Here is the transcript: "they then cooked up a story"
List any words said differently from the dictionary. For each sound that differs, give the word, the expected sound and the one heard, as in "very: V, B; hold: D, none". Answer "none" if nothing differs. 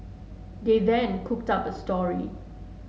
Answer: none